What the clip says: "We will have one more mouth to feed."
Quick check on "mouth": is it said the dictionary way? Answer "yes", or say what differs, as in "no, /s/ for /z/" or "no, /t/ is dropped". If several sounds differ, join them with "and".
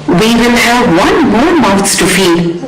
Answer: no, /s/ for /θ/